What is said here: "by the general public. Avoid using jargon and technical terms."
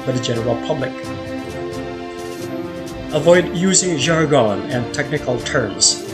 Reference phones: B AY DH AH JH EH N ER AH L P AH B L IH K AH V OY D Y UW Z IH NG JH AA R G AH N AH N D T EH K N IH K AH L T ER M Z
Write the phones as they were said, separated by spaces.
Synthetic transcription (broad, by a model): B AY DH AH JH EH N ER AH L P AH B L IH K AH V OY D Y UW Z IH NG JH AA R G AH N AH N T EH K N IH K AH L T ER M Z